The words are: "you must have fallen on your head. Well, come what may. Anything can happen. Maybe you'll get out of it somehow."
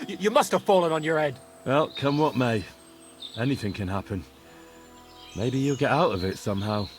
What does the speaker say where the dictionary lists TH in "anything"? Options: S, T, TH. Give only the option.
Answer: TH